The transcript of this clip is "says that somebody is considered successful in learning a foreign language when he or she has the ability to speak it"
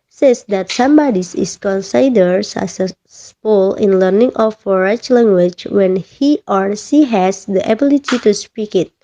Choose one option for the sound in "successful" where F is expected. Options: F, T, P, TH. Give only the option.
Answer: P